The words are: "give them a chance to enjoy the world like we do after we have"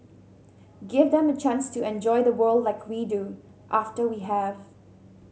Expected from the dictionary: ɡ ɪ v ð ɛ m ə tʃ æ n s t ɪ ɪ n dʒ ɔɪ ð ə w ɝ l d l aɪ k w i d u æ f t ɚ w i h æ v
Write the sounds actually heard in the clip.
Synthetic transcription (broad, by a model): ɡ ɪ v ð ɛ m ə tʃ æ n s t ɪ ɪ n dʒ ɔɪ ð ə w ɝ l d l aɪ k w i d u æ f t ɚ w i h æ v